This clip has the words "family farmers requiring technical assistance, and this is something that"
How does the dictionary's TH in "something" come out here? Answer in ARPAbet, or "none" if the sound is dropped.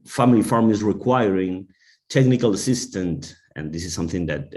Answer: TH